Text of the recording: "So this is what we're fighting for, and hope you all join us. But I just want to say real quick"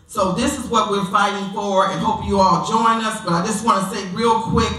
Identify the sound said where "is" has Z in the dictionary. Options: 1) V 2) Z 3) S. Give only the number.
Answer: 2